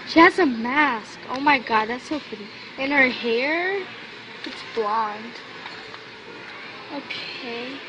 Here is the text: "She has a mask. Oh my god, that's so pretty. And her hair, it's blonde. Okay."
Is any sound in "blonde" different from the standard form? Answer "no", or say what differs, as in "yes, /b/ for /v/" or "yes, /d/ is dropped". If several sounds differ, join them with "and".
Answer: no